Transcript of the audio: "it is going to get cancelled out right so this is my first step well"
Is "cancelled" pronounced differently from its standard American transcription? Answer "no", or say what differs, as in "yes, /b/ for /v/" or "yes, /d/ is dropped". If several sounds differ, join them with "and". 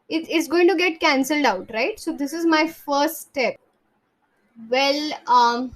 no